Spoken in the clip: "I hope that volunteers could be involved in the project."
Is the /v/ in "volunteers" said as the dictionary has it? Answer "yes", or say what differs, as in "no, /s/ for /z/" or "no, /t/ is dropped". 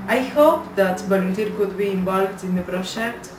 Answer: no, /b/ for /v/